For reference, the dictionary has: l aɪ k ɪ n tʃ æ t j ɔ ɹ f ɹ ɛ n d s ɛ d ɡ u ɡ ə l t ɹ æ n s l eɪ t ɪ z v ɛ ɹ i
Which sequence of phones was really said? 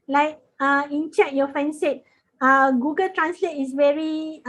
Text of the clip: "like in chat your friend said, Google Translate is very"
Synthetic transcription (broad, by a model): l aɪ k ɪ n tʃ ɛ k j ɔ f ɛ n s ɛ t ɡ u ɡ ə l t ɹ æ n s l eɪ t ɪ s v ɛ ɹ i